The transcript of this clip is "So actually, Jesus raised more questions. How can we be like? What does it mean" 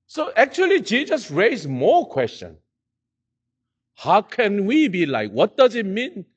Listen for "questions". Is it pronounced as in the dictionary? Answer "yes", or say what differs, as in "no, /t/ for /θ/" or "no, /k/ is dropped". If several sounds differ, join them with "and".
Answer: no, /z/ is dropped